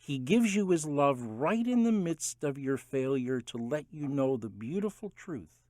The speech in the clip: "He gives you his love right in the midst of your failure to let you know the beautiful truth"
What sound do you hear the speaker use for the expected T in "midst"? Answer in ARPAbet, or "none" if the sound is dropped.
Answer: T